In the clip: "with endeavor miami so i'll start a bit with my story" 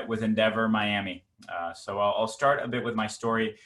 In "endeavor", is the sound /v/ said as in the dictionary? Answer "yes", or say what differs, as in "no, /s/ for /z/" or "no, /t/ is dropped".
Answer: yes